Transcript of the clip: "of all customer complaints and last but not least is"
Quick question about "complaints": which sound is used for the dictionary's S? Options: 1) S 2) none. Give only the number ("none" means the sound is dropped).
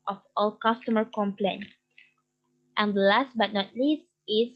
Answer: 2